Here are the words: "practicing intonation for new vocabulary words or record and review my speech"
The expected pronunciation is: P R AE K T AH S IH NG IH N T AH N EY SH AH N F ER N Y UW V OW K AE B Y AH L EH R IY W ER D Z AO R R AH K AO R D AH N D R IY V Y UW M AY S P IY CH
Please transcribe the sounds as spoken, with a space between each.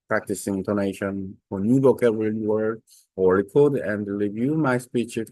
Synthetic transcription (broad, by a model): P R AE K T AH S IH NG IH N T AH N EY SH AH N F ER N Y UW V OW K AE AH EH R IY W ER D AO L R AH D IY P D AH N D R IY V Y UW M AY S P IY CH